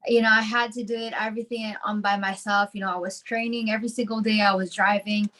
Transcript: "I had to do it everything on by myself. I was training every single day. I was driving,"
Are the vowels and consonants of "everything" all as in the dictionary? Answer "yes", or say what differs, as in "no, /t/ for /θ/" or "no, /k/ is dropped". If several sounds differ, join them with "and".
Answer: yes